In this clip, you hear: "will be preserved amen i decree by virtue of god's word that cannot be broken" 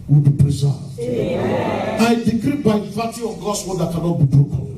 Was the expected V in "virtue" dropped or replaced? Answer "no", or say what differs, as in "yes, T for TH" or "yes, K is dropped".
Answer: yes, P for V